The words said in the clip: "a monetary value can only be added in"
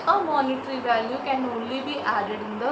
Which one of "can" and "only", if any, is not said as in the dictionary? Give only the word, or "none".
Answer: only